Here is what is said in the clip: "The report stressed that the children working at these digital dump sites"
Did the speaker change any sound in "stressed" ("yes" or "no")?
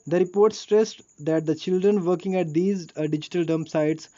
no